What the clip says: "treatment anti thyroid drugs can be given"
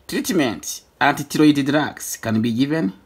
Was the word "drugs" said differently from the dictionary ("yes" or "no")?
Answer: yes